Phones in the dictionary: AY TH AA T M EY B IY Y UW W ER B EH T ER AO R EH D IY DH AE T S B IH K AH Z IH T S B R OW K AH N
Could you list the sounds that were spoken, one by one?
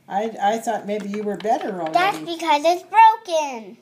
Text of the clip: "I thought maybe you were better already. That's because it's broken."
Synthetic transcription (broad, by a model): AY TH AA T M EY B IY Y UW W ER B EH T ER R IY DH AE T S B IH K AH Z IH T S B R OW K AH N